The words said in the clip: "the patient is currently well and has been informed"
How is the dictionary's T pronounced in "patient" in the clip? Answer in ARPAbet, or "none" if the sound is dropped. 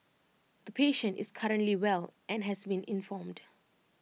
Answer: T